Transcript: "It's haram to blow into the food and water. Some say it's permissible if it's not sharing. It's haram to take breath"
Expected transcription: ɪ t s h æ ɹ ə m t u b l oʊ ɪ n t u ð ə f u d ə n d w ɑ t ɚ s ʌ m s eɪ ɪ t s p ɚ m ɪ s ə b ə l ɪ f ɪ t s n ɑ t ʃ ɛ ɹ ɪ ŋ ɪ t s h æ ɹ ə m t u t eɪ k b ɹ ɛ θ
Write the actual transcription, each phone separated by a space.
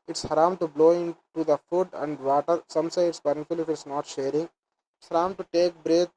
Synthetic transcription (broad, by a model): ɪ t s h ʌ ɹ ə m t u b l oʊ ɪ n t u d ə f u d ə n d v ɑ t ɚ s ʌ m s eɪ ɪ t s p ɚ ɪ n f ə l ɪ f ɪ t s n ɑ t ʃ ɛ ɹ ɪ ŋ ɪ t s h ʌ ɹ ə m t u t eɪ k b ɹ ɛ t